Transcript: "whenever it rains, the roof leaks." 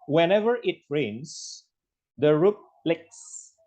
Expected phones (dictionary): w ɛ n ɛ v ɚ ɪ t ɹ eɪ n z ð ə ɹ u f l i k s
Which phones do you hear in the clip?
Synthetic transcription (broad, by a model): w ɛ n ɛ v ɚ ɪ t ɹ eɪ n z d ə ɹ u p l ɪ k s